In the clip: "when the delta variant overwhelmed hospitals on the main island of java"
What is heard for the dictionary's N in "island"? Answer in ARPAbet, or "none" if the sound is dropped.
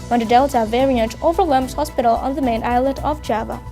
none